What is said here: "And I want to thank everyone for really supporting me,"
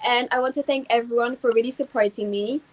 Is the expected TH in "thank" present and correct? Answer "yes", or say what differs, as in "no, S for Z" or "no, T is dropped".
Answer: yes